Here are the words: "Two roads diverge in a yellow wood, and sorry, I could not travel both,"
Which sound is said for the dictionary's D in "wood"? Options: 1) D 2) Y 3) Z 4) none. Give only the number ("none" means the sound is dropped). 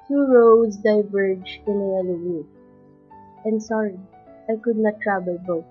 4